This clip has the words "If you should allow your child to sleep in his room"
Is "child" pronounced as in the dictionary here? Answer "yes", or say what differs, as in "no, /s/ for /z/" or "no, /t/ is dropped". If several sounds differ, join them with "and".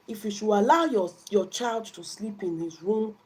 yes